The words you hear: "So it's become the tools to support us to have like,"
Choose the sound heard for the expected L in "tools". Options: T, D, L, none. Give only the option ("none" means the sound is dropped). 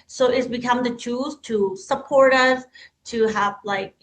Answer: none